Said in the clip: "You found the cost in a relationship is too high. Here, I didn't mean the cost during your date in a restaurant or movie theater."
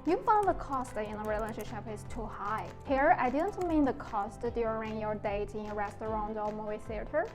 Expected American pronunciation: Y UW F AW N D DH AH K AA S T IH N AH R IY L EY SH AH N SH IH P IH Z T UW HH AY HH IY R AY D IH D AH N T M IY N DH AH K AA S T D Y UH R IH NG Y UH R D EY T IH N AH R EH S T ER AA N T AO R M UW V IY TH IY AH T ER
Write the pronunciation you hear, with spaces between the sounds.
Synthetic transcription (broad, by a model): Y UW F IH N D DH AH K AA S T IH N AH R IY L EY SH AH N SH IH P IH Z T UW HH AY HH IY R AY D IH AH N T M IY N DH AH K AA S T D Y UH R IH NG Y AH R D EY T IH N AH R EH S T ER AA N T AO L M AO IY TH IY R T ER